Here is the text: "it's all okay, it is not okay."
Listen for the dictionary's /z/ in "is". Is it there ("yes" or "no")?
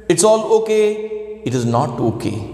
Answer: yes